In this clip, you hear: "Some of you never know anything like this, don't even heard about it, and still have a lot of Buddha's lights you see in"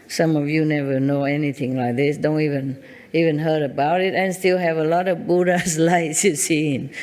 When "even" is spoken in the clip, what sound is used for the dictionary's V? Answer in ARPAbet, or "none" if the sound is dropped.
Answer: V